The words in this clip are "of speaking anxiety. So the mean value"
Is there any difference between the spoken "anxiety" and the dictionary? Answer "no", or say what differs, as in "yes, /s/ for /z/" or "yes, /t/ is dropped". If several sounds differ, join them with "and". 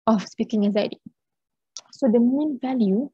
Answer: yes, /ŋ/ is dropped